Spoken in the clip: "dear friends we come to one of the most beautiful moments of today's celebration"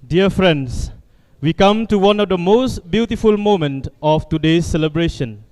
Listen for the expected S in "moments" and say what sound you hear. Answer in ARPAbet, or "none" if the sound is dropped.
none